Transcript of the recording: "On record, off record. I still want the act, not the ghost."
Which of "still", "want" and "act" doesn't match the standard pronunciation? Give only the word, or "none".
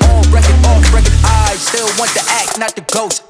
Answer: none